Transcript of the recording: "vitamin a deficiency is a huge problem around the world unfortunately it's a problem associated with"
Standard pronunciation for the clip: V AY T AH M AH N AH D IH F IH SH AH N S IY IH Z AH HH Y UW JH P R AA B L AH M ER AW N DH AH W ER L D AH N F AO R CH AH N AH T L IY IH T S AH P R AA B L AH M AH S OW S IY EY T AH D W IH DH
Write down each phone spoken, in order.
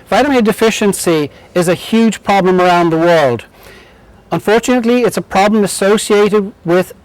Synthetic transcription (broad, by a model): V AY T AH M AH D IH F IH SH AH N S IY IH Z AH HH Y UW JH P R AA B L AH M ER AW N DH AH W ER L D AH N F AO R CH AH N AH T L IY IH T S AH P R AA B L AH M AH S OW S IY EY T AH D W IH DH